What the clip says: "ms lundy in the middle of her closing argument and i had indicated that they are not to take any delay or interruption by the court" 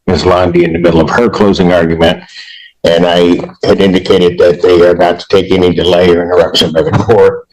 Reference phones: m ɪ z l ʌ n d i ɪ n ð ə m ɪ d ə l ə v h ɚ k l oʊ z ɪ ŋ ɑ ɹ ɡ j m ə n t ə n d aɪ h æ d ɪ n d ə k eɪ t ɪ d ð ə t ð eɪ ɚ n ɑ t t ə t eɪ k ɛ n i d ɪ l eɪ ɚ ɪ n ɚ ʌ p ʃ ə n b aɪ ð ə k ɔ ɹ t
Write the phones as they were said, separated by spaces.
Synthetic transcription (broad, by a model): m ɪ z l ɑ n d i ɪ n ð ə m ɪ d l ə v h ɚ k l oʊ z ɪ ŋ ɑ ɹ ɡ j m ə n t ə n aɪ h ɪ d ɪ n d ə k eɪ t ɪ d ð ə t ð eɪ ɚ n ɑ t t ə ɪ k ɛ n i d ɪ l eɪ ɚ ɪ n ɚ ʌ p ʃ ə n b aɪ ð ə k ɔ ɹ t